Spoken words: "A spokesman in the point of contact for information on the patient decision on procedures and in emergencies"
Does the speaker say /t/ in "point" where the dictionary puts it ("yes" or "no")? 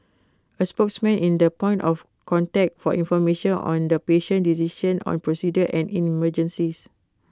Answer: yes